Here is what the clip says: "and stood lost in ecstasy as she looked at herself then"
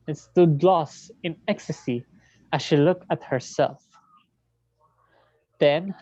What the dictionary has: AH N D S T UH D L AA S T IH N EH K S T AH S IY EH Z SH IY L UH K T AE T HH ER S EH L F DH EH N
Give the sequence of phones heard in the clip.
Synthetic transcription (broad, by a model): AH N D S T UH D L AA S T IH N EH K S T AH S IY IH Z SH IY L UH K T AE T HH ER S EH L F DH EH N